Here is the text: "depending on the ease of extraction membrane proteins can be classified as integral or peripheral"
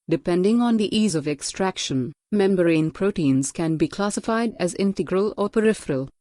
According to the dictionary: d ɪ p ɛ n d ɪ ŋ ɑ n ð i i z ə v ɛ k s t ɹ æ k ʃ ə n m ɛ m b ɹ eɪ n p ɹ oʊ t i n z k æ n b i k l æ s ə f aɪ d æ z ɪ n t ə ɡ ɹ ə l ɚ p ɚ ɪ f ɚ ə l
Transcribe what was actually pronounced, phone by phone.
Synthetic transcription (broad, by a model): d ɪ p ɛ n d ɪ ŋ ɑ n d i i z ə v ɛ k s t ɹ æ k ʃ ə n m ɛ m b ɹ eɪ n p ɹ oʊ t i n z k æ n b i k l æ s ə f aɪ d æ z ɪ n t ə ɡ ɹ ə l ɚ p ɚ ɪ f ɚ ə l